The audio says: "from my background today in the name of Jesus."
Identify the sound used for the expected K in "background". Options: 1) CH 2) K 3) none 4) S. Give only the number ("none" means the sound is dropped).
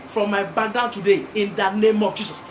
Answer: 3